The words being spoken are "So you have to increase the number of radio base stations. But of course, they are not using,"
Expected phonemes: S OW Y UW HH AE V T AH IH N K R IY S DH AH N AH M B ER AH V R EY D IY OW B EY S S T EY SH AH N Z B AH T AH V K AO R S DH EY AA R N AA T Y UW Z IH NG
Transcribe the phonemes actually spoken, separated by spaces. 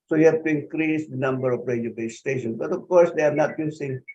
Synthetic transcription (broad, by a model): S OW Y UW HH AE B T AH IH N K R IY S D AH N AH M B ER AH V R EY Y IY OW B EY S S T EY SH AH N B AH T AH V K AO R S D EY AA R N AA T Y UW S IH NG